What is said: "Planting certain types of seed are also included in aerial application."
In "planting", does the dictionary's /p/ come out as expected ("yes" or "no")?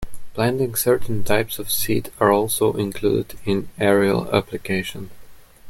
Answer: no